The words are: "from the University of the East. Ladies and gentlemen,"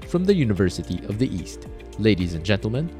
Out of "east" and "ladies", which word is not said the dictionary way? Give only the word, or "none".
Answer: none